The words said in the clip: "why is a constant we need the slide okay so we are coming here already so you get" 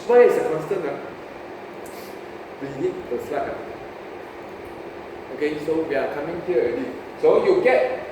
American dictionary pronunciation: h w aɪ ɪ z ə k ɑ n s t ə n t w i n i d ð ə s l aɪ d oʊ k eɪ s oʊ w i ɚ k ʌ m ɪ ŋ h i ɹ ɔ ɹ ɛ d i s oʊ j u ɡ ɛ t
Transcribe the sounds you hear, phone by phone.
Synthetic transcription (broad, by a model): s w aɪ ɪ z ə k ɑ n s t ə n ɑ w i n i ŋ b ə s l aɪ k oʊ k eɪ s oʊ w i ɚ k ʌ m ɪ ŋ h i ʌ ɛ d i s oʊ j u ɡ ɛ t